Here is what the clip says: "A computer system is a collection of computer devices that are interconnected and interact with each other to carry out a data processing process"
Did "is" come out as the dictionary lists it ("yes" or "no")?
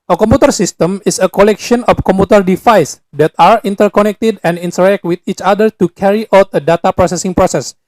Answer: no